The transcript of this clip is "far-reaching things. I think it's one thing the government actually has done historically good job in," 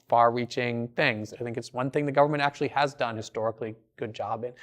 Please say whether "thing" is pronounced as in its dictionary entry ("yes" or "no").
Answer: yes